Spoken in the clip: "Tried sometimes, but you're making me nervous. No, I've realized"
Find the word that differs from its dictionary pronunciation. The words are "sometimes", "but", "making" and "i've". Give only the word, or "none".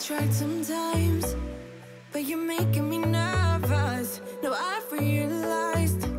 i've